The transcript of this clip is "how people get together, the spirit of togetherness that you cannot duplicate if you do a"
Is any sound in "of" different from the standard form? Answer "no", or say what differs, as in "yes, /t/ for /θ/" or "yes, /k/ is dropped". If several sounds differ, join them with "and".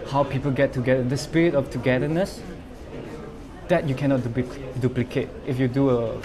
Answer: yes, /f/ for /v/